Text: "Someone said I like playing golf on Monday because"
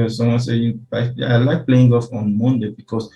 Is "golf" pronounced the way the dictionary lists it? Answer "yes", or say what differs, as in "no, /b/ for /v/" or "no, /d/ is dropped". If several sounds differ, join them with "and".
no, /l/ is dropped